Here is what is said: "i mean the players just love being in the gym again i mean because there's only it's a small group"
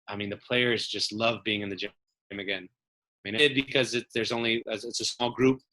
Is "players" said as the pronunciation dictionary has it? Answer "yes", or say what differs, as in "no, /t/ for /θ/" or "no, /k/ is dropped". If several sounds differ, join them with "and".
yes